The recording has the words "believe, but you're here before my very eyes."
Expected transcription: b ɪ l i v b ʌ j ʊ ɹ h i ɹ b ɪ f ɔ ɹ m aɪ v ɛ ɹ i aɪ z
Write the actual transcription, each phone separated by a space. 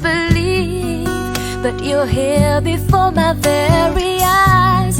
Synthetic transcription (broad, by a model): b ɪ l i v b ʌ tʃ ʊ l h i l b ɪ f ɔ ɹ m aɪ v ɛ ɹ i aɪ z